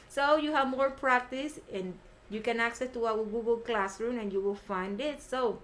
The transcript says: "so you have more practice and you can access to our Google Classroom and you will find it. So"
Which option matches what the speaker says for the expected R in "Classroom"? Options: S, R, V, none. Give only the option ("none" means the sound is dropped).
R